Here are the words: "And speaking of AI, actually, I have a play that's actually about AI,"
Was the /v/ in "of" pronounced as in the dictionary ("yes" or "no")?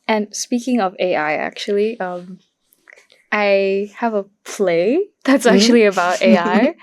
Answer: yes